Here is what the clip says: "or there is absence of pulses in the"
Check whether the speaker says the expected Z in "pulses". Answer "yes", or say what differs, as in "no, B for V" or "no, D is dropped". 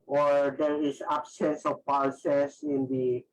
no, S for Z